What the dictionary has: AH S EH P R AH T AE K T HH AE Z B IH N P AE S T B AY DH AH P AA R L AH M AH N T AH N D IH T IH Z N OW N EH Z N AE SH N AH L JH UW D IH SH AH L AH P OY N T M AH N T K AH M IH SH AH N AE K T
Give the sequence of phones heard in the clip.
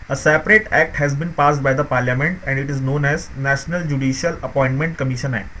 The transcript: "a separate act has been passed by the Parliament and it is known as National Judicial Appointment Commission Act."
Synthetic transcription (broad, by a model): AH S EH P R AH T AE K T HH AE Z B IH N P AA S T B AY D AH P AA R L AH M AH N T AH N D IH T IH Z N OW N EH Z N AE SH N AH L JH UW D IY SH AH L AH P OY N T M AH N T K AH M IH SH AH N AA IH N